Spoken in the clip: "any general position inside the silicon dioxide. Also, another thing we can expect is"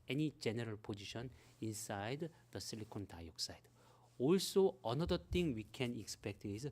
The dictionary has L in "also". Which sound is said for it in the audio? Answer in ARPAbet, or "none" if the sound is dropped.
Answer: L